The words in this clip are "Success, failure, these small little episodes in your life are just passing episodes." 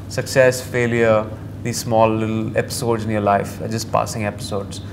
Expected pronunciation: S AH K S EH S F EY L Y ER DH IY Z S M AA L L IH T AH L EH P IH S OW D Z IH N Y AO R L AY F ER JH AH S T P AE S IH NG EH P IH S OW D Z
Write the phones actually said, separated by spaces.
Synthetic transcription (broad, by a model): S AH K S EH S F EY L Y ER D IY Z S M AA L L IH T L EH P IH S OW D Z IH N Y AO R L AY F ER JH AH S T P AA S IH NG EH P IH S OW D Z